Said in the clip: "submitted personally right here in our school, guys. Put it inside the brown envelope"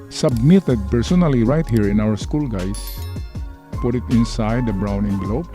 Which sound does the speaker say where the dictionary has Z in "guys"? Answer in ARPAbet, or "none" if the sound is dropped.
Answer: S